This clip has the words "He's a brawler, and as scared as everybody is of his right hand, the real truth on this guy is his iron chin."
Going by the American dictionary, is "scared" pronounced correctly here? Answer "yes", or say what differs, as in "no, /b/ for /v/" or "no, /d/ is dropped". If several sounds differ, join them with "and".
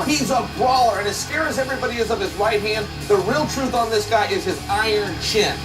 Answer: no, /d/ is dropped